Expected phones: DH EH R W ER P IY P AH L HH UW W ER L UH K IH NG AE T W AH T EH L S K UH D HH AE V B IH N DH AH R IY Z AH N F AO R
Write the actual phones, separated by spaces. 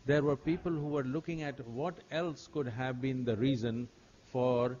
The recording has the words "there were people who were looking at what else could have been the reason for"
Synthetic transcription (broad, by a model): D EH R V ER P IY P AH L HH UW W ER L UH K IH NG AE T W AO T EH L S K UH D HH AE V B IH N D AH R IY Z AH N F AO R